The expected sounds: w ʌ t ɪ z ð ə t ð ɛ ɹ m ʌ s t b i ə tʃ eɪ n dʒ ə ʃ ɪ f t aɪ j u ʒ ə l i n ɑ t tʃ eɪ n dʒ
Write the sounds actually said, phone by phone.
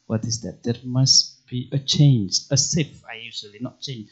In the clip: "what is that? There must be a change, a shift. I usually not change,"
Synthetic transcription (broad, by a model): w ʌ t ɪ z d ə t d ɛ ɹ m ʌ s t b i ə tʃ eɪ n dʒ ə s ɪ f aɪ j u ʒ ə l i n ɑ t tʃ eɪ n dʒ